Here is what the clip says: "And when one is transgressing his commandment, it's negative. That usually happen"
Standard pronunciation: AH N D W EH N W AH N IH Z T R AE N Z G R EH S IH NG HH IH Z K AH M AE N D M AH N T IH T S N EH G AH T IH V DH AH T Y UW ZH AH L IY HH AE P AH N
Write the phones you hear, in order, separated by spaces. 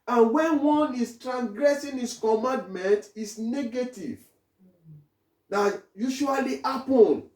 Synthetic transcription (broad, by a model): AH N W EH N W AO N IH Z T R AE N S G R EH S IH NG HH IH S K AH M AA N D M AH N T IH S N EH G AH T IH V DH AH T Y UW SH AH L IY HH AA P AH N